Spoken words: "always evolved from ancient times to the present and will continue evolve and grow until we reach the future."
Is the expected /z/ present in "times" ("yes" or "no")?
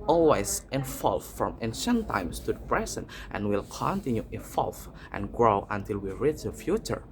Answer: no